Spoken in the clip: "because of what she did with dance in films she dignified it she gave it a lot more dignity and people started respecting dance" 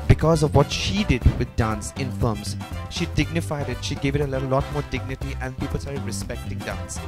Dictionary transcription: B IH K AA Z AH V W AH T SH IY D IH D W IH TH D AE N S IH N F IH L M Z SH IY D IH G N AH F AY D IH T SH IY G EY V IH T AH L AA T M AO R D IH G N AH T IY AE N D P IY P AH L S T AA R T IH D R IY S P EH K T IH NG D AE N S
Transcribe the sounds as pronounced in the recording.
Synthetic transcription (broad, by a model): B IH K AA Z AH V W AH T SH IY D IH D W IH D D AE N S IH N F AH M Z SH IY D IH G N AH F AY D IH T SH IY G EY V IH T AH L AA T M AO R D IH G N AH T IY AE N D P IY P AH L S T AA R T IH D R IY S P EH K T IH NG D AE N S